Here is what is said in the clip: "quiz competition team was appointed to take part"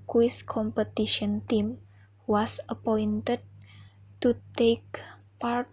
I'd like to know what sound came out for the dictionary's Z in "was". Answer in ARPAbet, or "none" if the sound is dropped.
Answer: S